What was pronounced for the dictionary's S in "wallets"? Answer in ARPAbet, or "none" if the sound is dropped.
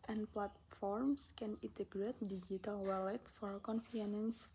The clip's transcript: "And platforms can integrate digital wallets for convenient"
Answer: none